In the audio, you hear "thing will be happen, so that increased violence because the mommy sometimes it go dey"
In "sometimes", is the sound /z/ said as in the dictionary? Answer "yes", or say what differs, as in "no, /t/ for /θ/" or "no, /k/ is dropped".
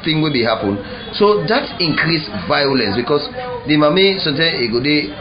no, /z/ is dropped